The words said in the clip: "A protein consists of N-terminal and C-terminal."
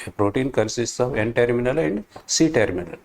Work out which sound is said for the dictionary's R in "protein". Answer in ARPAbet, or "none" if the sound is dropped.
R